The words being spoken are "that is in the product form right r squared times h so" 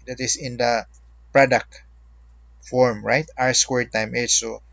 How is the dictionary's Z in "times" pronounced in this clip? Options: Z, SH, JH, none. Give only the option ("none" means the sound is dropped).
none